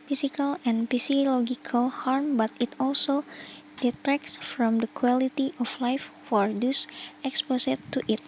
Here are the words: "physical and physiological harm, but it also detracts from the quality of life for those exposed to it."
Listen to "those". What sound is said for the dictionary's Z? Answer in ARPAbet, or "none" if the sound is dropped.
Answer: S